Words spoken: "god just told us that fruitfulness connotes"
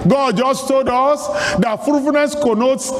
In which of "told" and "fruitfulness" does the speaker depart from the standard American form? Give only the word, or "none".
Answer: fruitfulness